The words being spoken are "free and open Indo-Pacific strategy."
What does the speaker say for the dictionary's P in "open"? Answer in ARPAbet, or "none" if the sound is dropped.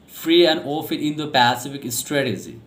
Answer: F